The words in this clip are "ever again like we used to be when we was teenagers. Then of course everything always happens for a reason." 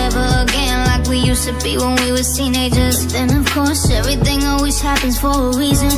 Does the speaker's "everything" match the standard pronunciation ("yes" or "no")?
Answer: yes